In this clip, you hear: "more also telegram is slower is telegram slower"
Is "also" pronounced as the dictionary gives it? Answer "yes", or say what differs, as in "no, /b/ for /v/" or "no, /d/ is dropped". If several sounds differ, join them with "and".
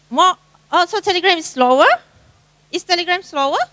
no, /l/ is dropped